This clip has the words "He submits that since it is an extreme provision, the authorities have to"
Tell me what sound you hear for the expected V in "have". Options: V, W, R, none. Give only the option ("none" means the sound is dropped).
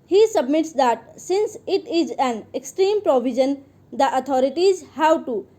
W